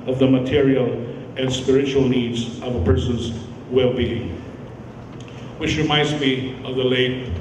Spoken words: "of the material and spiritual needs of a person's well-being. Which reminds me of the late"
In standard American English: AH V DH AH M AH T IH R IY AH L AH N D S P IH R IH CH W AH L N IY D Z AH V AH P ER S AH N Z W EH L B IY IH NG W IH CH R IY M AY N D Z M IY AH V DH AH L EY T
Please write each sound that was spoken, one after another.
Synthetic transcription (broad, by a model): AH V DH AH M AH T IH R IY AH L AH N S P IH R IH CH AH L N IY D Z AH V AH P ER S AH N Z W EH L B IY IH NG W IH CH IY M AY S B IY AH V DH AH L EY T